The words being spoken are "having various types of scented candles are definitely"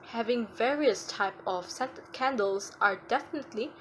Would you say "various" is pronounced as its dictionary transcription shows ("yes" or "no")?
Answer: yes